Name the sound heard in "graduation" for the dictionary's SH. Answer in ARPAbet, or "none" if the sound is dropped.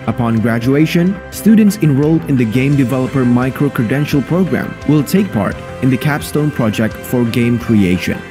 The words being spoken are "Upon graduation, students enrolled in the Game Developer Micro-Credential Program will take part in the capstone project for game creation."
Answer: SH